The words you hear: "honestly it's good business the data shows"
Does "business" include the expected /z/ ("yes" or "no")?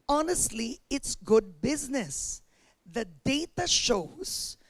yes